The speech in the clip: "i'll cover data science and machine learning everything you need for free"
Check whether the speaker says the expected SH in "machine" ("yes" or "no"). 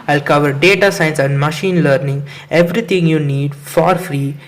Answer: yes